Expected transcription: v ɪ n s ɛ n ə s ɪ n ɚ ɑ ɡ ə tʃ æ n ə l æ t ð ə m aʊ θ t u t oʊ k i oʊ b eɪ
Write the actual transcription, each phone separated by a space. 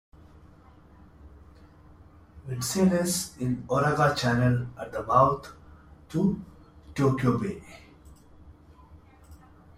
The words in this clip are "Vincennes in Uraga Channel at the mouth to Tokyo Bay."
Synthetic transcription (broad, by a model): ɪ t s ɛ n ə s ɪ n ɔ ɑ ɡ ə tʃ æ n ə l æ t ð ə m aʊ t t u t oʊ k i oʊ b eɪ